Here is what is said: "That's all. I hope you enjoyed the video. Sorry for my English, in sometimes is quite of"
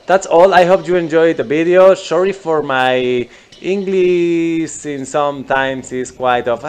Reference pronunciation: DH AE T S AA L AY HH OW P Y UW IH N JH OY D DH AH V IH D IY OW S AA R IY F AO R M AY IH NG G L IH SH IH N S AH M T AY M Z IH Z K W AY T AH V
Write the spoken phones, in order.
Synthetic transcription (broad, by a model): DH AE T S AA L AY HH OW P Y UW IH N JH OY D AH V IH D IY OW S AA R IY F AO R M AY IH NG G L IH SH IH N S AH M T AY M S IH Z K W AY T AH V